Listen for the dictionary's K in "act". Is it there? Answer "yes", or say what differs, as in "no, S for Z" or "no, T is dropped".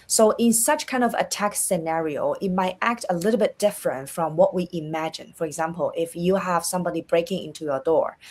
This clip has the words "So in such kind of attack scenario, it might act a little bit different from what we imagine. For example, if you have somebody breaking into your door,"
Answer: yes